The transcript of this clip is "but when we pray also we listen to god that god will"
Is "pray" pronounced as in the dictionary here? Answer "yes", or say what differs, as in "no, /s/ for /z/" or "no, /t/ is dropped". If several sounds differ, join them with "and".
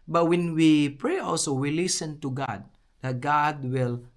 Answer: yes